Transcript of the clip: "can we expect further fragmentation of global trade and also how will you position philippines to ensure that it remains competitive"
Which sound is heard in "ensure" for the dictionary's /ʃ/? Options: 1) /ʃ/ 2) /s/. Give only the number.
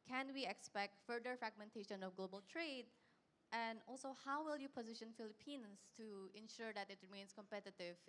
1